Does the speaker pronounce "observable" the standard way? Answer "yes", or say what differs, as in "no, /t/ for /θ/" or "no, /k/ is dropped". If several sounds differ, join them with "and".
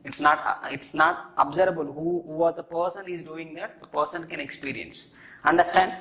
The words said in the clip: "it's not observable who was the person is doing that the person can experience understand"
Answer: no, /v/ is dropped